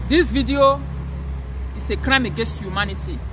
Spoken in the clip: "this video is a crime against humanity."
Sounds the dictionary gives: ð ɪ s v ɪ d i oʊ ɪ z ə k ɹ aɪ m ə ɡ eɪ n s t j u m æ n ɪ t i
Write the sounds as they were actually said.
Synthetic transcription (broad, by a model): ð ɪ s v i d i oʊ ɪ s ə k ɹ aɪ m ə ɡ eɪ n s t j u m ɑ n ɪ t i